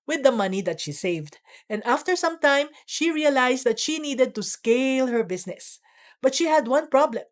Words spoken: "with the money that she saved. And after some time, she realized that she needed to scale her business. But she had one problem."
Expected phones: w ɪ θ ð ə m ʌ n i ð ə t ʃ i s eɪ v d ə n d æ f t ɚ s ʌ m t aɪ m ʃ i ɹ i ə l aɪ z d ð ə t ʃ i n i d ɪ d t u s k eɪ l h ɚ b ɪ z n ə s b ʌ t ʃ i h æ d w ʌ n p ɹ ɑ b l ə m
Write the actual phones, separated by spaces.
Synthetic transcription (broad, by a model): w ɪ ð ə m ʌ n i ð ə t ʃ i s eɪ v d ə n d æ f t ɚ s ʌ m t aɪ m ʃ i ɹ i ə l aɪ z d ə t ʃ i n i d ɪ d t u s k eɪ l h ɚ b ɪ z n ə s b ʌ t ʃ i h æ d w ʌ n p ɹ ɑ b l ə m